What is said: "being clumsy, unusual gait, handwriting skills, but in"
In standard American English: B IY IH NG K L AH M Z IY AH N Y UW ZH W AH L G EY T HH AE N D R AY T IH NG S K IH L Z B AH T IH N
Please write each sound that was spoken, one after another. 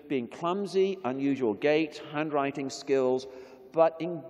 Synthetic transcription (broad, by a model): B IY IH NG K L AH M Z IY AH N Y UW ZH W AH L G EY T HH AE N D R AY T IH NG S K IH L Z B AH T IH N